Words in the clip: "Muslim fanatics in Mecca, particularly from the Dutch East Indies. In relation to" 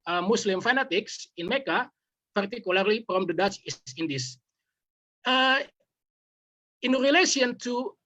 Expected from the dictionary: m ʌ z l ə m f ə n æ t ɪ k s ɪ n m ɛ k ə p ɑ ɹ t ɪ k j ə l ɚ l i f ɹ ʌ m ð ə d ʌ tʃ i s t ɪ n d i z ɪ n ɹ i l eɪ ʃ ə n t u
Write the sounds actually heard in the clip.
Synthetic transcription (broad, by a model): m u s l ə m f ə n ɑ t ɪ k s ɪ n m ɛ k ə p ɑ ɹ t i k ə l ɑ l i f ɹ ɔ m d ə d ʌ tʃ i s ɪ n d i s ɪ n ɹ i l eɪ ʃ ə n t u